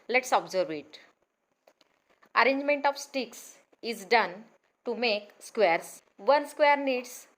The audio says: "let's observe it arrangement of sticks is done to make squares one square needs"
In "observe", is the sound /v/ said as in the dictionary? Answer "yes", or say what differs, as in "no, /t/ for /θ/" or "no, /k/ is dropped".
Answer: yes